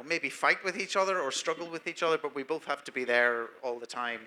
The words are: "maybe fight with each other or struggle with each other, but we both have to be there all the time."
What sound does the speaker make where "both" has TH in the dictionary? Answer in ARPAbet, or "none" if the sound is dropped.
TH